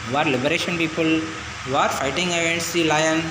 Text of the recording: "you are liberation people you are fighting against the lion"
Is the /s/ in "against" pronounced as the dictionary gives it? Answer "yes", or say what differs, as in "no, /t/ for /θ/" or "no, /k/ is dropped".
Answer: no, /s/ is dropped